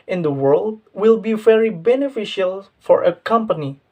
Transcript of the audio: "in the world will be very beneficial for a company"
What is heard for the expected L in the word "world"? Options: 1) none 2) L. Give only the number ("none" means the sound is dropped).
2